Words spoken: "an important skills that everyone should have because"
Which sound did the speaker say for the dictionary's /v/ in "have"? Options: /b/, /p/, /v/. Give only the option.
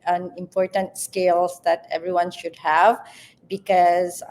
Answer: /v/